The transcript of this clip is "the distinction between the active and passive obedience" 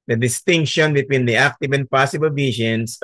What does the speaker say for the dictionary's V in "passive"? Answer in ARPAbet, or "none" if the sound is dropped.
B